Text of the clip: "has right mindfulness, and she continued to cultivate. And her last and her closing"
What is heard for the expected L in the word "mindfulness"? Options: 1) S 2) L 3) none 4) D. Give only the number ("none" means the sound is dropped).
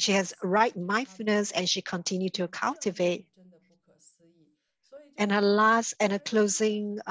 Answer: 3